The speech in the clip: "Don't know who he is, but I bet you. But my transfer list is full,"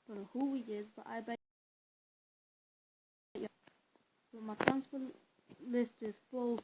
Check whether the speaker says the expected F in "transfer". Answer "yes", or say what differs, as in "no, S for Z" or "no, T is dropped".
no, P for F